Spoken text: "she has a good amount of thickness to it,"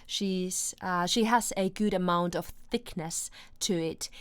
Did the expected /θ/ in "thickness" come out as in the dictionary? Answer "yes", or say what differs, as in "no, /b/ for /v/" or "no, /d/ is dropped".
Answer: yes